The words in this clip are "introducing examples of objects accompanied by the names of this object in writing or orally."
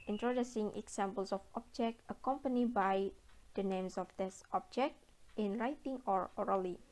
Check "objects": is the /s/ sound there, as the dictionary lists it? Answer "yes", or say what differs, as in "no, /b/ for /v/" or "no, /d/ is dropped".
no, /s/ is dropped